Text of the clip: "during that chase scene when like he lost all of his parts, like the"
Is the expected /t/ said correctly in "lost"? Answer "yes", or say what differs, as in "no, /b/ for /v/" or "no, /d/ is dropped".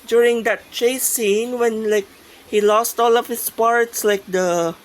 yes